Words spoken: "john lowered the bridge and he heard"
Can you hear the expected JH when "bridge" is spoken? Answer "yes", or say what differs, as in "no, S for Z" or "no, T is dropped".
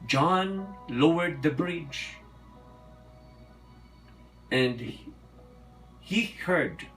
yes